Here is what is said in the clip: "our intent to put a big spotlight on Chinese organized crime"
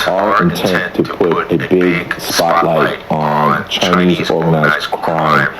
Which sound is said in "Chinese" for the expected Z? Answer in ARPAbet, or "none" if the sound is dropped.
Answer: Z